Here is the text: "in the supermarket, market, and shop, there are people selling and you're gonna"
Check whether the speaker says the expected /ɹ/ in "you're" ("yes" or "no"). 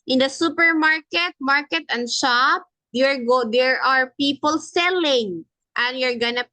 yes